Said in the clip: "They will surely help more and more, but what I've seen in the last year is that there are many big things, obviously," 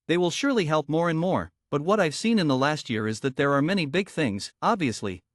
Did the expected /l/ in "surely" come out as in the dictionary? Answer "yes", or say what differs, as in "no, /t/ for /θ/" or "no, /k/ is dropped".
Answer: yes